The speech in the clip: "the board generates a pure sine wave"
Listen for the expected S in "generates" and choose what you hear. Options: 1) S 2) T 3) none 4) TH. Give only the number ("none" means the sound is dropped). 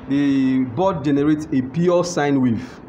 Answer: 1